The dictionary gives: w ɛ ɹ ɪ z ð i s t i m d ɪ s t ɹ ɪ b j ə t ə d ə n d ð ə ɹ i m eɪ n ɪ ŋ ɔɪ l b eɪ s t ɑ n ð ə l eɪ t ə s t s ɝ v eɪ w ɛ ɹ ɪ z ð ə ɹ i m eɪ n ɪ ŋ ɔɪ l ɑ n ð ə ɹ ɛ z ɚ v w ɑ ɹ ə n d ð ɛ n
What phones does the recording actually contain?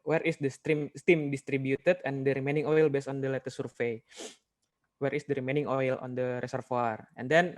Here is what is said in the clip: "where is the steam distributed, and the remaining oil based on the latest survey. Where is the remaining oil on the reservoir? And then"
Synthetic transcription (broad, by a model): w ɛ ɹ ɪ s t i s t i m d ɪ s t ɹ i b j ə t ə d ə n d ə ɹ i m eɪ n ɪ ŋ ɔɪ l b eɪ s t ɑ n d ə l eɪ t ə s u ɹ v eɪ w ɛ ɹ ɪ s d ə ɹ i m eɪ n ɪ ŋ ɔɪ l ɑ n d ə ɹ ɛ s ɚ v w ɑ ɹ ə n d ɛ n